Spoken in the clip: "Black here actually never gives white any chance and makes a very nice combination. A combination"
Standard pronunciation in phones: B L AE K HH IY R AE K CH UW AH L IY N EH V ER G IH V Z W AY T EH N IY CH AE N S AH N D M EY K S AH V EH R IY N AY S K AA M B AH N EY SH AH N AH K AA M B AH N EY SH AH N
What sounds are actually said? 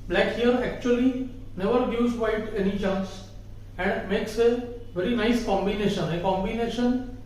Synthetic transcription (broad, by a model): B L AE K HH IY R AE K CH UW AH L IY N EH V ER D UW Z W AY T EH N IY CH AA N S AH N D M EY K S AH V EH R IY N AY S K AA M B AH N EY SH AH N AH K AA M B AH N EY SH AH N